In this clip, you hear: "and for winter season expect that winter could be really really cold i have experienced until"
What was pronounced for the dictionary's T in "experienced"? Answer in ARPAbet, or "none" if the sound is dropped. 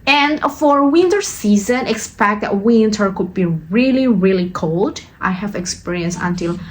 none